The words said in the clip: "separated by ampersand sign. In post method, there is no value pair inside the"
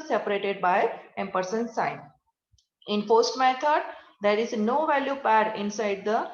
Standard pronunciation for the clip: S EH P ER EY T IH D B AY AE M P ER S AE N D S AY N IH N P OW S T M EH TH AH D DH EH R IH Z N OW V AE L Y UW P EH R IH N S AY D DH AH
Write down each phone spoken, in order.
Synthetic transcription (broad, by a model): S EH P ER EY T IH D B AY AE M P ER S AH N S AY N IH N F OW S T M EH T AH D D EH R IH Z N OW V AE L Y UW P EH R IH N S AY D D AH